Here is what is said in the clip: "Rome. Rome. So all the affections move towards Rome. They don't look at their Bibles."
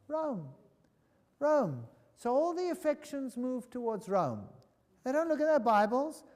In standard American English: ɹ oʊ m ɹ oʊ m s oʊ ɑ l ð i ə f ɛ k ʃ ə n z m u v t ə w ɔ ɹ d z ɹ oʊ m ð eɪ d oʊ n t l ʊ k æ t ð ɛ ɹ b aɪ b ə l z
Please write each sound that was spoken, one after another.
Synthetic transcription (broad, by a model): ɹ oʊ m ɹ oʊ m s oʊ ɑ l ð i ə f ɛ k ʃ ə n z m u v t ə w ɔ ɹ d z ɹ oʊ m ð eɪ d oʊ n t l ʊ k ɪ t ð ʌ ɹ b aɪ b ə l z